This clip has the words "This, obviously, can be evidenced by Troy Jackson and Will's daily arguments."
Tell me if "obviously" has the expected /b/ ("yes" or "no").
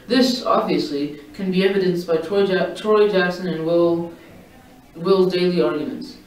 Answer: yes